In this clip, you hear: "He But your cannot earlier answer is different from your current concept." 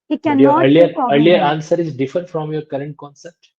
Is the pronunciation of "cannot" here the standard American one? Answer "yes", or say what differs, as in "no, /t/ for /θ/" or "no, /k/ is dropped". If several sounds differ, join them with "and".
no, /n/ is dropped